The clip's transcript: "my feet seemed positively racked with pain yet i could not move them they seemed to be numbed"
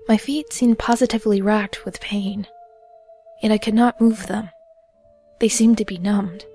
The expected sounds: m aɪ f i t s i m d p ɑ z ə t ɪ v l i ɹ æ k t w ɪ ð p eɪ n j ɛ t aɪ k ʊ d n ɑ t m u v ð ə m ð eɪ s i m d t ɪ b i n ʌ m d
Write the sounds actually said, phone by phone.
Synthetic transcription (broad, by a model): m aɪ f i t s i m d p ɑ z ə t ɪ v l i ɹ æ k t w ɪ ð p eɪ n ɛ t aɪ k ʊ d n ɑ t m u v ð ə m ð eɪ s i m t ɪ b i n ʌ m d